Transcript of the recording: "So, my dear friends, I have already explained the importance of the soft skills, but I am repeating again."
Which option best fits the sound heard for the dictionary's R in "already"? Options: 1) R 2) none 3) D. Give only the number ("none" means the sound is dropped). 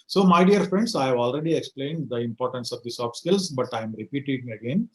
1